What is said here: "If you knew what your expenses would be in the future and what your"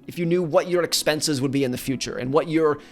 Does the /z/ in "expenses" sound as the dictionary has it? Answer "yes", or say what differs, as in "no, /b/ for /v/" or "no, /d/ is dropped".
yes